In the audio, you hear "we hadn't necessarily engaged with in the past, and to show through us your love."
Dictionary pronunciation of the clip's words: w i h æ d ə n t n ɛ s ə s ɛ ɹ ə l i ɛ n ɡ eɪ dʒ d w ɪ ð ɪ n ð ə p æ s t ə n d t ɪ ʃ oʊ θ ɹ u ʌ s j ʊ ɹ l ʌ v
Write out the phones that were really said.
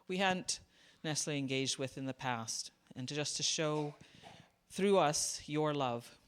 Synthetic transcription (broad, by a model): w i h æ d n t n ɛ s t l i ɛ n ɡ eɪ dʒ d w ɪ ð ɪ n ð ə p æ s t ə n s t ɪ ʃ oʊ θ ɹ u ʌ s j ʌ ɹ l ʌ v